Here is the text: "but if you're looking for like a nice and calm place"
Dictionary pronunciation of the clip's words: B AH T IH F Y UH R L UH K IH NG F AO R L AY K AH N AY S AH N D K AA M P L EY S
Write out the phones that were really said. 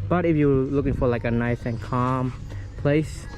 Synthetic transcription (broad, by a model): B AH T IH F Y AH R L UH K IH NG F AO R L AY K AH N AY S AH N K AA M P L EY S